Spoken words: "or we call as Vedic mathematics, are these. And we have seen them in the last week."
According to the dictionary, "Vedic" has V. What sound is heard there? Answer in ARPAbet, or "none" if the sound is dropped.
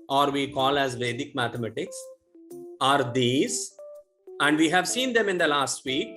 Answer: V